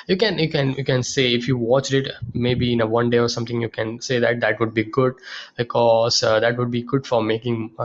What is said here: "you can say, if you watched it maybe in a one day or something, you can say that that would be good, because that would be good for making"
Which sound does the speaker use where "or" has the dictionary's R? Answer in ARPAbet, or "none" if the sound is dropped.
R